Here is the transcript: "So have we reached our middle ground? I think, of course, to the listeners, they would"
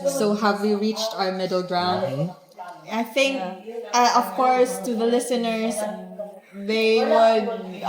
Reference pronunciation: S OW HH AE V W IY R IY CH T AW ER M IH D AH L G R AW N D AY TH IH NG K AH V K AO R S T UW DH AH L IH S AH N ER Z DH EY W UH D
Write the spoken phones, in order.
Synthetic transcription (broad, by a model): S OW HH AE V W IY R IY CH T AW ER M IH D L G R AW N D AY TH IH NG K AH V K AO R S T UW DH AH L IH S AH N ER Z DH EY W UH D